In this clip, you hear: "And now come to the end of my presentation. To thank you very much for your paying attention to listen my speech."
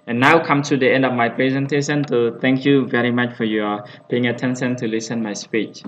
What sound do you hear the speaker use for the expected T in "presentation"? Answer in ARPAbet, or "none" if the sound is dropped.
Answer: T